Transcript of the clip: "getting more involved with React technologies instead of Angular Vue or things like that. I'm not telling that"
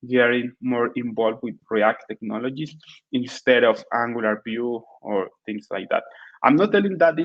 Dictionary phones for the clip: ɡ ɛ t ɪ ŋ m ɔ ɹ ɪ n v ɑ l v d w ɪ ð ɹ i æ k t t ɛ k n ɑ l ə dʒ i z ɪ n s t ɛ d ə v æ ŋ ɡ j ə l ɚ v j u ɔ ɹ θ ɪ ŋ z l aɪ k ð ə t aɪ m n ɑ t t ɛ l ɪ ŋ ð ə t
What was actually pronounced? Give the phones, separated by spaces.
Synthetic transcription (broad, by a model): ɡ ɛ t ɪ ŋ m ɔ ɹ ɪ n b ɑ l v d w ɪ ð ɹ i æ k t t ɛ k n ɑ l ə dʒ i s ɪ n s t ɛ d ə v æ ŋ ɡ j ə l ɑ b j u ɔ ɹ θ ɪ ŋ s l aɪ k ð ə t aɪ m n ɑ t t ɛ l ɪ ŋ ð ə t